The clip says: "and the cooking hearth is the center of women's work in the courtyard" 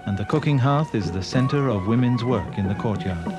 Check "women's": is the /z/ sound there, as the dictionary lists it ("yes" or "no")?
yes